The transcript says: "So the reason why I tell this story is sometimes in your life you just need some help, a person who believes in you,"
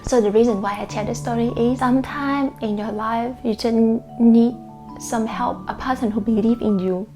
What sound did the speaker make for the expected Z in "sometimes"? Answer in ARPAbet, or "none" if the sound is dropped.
none